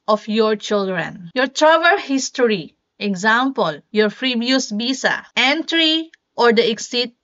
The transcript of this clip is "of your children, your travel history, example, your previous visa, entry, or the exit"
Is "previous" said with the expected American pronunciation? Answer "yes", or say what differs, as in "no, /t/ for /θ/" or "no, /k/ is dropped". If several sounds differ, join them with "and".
no, /f/ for /p/ and /b/ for /v/